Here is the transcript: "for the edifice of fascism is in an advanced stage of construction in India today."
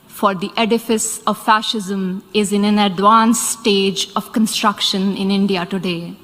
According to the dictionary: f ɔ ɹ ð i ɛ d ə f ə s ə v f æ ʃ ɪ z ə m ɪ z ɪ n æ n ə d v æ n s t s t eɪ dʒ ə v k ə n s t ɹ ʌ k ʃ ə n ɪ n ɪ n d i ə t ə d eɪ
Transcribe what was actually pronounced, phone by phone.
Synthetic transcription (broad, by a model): f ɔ ɹ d i ɛ d ə f ə s ə v f æ ʃ ɪ z ə m ɪ z ɪ n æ n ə d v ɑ n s s t eɪ dʒ ə v k ə n s t ɹ ʌ k ʃ ə n ɪ n ɪ n d i ə t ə d eɪ